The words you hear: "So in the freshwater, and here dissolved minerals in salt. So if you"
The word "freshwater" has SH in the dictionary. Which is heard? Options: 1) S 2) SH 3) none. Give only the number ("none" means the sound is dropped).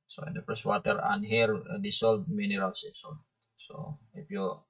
1